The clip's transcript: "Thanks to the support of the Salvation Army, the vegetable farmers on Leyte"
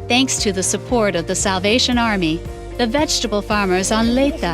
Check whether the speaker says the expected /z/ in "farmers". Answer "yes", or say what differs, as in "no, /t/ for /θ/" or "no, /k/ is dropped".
yes